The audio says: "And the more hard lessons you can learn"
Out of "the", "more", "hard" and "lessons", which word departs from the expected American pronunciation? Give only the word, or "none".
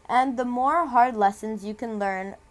none